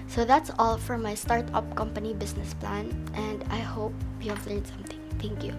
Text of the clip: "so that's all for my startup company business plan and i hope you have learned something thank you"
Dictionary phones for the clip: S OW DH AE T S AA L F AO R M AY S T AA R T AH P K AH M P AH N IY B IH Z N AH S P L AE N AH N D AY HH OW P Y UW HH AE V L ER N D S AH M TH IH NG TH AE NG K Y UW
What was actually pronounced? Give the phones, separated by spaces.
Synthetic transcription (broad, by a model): S OW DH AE T S AA L F AO R M AY S T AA R T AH P K AH M P AH N IY B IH S N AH S P L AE N AH N D AY HH OW P Y UW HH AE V L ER N S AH M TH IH NG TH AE NG K Y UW